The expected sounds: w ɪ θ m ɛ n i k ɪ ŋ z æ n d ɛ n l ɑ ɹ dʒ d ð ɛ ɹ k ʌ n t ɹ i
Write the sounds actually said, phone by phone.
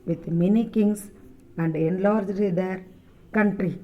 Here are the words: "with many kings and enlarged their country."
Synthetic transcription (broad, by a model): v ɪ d m ɛ n i k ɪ ŋ s æ n d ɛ n l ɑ ɹ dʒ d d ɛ ɹ k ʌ n t ɹ i